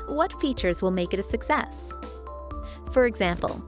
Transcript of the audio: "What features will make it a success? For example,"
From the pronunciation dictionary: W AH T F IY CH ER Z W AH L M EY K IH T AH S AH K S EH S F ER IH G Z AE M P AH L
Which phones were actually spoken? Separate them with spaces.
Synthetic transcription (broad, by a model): W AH T F IY CH ER Z W AH L M EY K IH T AH S AH K S EH S F ER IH G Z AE M P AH L